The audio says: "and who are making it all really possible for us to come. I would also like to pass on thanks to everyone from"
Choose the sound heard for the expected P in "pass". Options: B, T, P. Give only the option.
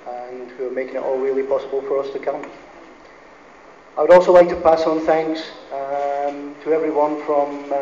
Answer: P